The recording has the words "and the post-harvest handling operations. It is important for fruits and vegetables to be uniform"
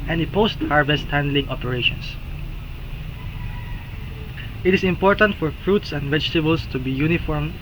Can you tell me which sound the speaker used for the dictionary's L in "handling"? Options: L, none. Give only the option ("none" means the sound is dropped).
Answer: L